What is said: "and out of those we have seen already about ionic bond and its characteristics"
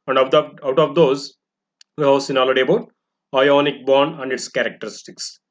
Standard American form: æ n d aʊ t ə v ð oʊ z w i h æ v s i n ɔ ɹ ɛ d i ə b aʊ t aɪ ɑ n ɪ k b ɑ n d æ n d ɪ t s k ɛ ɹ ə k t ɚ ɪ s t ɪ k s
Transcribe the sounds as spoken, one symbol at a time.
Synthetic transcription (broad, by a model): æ n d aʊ t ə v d oʊ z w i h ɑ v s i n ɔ l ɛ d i ə b aʊ t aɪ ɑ n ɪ k b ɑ n æ n d ɪ t s k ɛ ɹ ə k t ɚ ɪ s t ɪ k s